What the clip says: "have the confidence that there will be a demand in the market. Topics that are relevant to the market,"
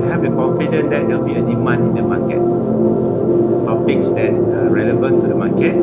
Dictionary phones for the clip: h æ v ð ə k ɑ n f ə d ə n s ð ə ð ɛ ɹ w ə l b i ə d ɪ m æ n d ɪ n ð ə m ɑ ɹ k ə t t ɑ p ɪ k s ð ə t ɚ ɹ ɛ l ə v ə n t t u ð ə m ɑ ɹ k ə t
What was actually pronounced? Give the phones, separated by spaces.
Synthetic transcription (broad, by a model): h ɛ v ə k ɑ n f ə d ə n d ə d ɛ l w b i ə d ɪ m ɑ n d ɪ n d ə m ɑ k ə t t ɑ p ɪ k s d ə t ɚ ɹ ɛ l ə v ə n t t u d ə m ɑ k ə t